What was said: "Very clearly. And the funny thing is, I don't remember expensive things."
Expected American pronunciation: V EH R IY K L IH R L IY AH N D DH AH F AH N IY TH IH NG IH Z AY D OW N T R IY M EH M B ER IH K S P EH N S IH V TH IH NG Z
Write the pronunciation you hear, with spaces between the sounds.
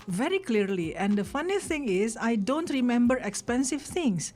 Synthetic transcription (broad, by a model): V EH R IY K L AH R L IY AH N D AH F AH N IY S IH NG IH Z AY D OW N T R IY M EH M B ER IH K S P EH N S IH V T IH NG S